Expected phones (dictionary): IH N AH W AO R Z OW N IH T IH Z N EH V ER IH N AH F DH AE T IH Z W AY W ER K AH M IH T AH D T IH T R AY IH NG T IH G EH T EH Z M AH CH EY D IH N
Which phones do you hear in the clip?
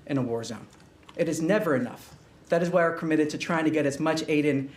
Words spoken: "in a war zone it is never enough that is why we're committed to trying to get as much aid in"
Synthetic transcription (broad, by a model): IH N AH W AO R Z OW N IH T IH Z N EH V ER IH N AH F DH AE T IH Z W AY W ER K AH M IH T AH D T IH T R AY IH NG T IH G EH T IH Z M AH CH EY D IH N